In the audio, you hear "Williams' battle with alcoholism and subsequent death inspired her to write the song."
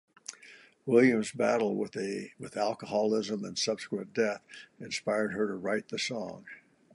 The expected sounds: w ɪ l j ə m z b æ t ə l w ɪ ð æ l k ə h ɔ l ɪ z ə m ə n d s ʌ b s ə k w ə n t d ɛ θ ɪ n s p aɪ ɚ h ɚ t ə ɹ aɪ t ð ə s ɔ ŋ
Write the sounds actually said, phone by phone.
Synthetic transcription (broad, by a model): w ɪ l j ə m z b æ t l w ɪ ð æ l k ə h ɔ l ɪ z ə m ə n s ʌ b s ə k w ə n d ɛ θ ɪ n s p aɪ ɚ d ɚ t ə ɹ aɪ t ð ə s ɔ ŋ